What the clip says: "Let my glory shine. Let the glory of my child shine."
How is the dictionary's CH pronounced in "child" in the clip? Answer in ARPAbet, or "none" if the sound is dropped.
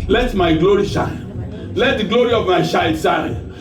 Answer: SH